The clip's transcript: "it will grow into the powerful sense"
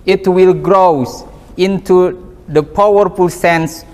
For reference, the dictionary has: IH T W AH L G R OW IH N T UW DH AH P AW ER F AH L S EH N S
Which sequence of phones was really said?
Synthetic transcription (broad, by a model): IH T W AH L G R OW IH N T UW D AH P AW ER F AH L S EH N S